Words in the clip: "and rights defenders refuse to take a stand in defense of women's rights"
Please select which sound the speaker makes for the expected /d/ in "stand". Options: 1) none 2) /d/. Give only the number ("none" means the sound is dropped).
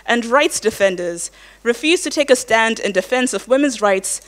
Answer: 2